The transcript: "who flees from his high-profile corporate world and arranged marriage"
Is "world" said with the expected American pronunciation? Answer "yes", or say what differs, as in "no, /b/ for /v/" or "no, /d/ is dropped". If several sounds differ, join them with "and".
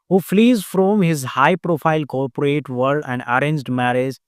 no, /l/ is dropped